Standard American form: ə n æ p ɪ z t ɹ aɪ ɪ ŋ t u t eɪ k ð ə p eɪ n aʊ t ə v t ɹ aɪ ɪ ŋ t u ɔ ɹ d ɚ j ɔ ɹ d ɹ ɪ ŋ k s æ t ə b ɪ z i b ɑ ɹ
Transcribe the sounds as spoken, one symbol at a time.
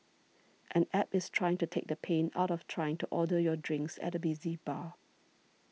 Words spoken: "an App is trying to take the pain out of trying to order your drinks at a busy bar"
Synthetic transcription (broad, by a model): ə n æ p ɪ s t ɹ aɪ ɪ ŋ t u t eɪ k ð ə p eɪ n aʊ t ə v t ɹ aɪ ɪ ŋ t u ɔ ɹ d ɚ j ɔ d ɹ ɪ ŋ k s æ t ə b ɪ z i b ɑ